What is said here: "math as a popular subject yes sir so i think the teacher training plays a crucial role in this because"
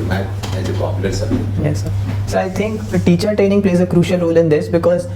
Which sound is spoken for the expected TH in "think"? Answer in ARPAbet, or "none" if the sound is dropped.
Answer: T